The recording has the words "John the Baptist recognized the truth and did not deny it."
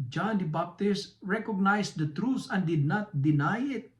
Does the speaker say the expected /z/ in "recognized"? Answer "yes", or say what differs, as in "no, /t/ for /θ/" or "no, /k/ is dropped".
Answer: no, /s/ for /z/